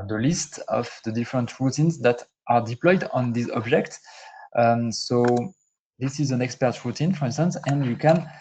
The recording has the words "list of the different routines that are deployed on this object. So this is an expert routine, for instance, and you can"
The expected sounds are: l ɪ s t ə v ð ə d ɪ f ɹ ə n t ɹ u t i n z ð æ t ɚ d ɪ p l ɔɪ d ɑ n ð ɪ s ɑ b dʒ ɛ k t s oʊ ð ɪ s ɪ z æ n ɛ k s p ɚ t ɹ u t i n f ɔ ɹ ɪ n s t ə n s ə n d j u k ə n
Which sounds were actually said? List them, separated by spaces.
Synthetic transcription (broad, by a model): l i s t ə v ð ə d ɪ f ɹ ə n t ɹ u t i n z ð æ t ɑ d ɪ p l ɔɪ d ɑ n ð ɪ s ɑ b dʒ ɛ k t s oʊ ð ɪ s ɪ z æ n ɛ k s p ɚ t ɹ u t i n f ɔ ɹ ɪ n s t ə n s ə n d j u k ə n